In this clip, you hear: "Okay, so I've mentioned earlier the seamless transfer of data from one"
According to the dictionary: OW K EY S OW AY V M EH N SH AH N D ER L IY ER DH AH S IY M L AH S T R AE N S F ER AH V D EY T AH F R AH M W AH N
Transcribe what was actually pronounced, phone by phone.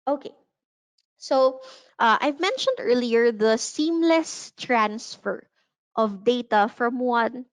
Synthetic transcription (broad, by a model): OW K EY S OW AY V M EH N SH AH N D ER L IY ER DH AH S IY M L AH S T R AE N S F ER AH V D EY T AH F R AH M W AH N